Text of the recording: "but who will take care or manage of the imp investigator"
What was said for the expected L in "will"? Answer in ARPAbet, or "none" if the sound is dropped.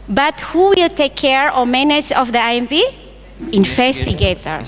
L